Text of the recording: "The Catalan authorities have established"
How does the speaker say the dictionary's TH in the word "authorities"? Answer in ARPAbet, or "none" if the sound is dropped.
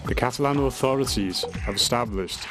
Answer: TH